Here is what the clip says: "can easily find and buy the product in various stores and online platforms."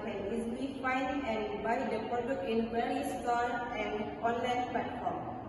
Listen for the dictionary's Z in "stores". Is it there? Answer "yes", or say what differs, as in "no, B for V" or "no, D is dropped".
no, Z is dropped